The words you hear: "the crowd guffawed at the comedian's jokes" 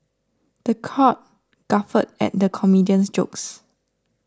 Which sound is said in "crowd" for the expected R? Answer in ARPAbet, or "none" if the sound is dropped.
none